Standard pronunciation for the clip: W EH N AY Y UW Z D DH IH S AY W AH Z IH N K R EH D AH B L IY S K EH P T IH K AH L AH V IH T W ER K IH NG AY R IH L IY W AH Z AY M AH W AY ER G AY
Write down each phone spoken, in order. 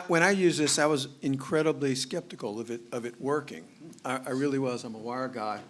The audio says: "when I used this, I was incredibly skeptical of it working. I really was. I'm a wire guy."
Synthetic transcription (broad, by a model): W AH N AY Y UW Z DH IH S AY W AH Z IH N K R EH D AH B L IY S K EH P T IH K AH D AH V IH T W ER K IH NG AY R IH L IY W AH Z AY M AH W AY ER G AY